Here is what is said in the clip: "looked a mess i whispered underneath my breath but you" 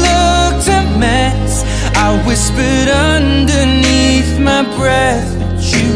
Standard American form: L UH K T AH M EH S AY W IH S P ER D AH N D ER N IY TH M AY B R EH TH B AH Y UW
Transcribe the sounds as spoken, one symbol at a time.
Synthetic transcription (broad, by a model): L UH K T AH M EH S AY W IH S P ER D AH N D ER N IY TH M AY B R EH TH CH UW